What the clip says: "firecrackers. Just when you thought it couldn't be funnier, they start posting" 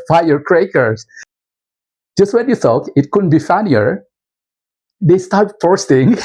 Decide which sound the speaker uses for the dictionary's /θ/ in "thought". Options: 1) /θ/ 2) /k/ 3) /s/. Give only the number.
3